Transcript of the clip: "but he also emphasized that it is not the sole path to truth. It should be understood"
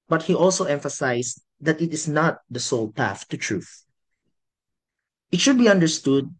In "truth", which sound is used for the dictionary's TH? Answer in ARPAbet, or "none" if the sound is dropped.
TH